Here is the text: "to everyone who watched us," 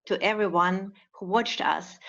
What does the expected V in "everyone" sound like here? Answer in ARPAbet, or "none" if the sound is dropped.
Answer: V